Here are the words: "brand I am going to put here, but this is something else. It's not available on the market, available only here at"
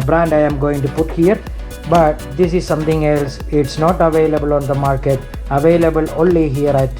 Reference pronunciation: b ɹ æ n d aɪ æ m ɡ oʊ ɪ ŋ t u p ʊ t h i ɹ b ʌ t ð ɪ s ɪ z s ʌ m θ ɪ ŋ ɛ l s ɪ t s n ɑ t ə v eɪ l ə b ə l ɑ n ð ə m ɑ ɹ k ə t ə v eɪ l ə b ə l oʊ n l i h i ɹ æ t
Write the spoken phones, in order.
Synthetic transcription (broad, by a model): b ɹ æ n d aɪ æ m ɡ oʊ ɪ ŋ t u p ʊ t h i ɹ b ʌ t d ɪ s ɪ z s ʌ m t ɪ ŋ ɛ l s ɪ t s n ɑ t ə v eɪ l ə b ə l ɑ n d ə m ɑ ɹ k ə t ə v eɪ l ə b ə l oʊ n l i h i ɹ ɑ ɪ